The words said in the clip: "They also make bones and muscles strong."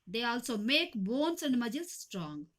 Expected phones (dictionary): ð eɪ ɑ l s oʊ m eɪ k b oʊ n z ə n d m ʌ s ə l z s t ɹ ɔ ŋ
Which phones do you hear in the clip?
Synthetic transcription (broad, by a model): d eɪ ɑ l s oʊ m eɪ k b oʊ n s ə n d m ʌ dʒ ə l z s t ɹ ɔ ŋ